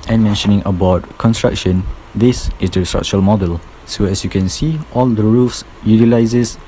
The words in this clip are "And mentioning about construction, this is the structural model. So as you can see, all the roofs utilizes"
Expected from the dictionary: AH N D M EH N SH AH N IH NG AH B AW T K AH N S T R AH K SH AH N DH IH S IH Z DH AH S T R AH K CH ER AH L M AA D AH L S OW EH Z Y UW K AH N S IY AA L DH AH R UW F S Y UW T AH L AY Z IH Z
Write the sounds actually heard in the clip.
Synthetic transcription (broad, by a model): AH N M EH N SH AH N IH NG AH B AW T K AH N S T R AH K SH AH N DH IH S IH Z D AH S T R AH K CH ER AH L M AA D AH L S OW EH S Y UW K AH N S IY AA L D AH R UW F S Y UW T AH L AY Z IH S